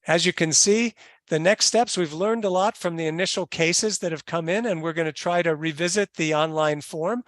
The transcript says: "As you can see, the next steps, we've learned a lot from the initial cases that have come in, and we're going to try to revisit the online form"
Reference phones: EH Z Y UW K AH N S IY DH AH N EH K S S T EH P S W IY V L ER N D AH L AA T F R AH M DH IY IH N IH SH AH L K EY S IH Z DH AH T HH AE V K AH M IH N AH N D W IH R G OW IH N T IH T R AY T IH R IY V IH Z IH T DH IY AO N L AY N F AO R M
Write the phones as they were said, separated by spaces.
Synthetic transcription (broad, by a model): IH Z Y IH K AH N S IY DH AH N EH K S S T EH P S W IY V L ER N D AH L AA T F R AH M DH IY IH N IH SH L K EY S IH Z DH AH T HH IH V K AH M IH N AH N W IH R G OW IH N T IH T R AY T IH R IY V IH Z IH T DH IY AO N L AY N F AO R M